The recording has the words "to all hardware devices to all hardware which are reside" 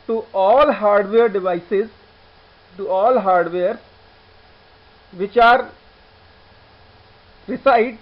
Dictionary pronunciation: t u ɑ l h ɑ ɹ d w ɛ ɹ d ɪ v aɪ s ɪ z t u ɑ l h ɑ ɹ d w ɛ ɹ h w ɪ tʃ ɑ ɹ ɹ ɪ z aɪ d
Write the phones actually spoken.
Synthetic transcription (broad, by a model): t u ɑ l h ɑ ɹ d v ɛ ɹ d ɪ v aɪ s ɪ z t u ɑ l h ɑ ɹ d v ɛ ɹ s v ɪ tʃ ɑ ɹ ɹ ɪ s aɪ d